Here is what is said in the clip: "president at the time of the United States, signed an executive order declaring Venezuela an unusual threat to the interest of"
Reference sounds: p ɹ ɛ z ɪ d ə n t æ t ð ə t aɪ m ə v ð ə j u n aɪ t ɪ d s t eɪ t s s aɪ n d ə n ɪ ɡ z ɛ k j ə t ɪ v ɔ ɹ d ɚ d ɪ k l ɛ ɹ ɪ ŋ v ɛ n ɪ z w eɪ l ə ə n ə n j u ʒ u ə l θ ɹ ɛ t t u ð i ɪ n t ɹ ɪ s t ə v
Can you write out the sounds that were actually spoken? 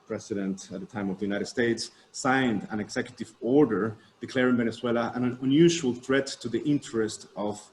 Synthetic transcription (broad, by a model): p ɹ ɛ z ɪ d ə n t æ t ð ə t aɪ m ə v ð ə j u n aɪ t ɪ d s t eɪ t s s aɪ n d ə n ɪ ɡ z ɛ k j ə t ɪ v ɔ ɹ d ɚ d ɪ k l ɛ ɹ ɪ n v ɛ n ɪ s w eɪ l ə ə n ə n j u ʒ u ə l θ ɹ ɛ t t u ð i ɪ n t ɹ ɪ s t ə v